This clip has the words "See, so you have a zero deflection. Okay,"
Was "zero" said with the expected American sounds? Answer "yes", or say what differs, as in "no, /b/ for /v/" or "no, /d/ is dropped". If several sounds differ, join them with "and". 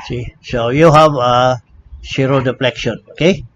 no, /s/ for /z/